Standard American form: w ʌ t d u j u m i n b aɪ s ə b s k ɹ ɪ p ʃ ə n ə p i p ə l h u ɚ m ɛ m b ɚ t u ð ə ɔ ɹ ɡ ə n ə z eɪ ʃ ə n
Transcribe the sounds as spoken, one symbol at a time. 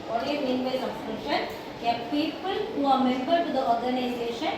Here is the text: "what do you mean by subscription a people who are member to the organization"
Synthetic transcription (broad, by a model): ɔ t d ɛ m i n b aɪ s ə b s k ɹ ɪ ʃ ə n ə p i p ə l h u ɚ m ɛ m b ɚ t u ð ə ɔ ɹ ɡ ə n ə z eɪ ʃ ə n